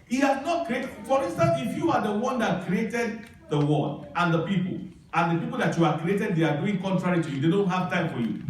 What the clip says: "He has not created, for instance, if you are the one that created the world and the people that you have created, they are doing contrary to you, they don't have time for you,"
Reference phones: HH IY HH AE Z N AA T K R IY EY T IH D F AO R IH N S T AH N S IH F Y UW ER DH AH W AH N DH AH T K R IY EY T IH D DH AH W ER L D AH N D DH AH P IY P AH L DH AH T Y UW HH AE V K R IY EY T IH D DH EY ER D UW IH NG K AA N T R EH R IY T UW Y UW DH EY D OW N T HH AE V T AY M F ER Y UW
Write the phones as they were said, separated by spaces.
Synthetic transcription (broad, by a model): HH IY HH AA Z N AA T K R IY EY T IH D F AO R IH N S T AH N IH F Y UW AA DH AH W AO N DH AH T K R IY EY T IH D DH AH W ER N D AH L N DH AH P IY P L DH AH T Y UW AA K R IY EY T IH D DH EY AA D UW IH NG K AA N T R EH R IY T UW Y UW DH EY D OW N T HH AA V T AY M F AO Y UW